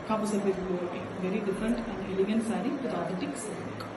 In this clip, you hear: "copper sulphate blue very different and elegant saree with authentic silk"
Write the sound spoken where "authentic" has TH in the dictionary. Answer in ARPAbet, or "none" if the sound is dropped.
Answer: T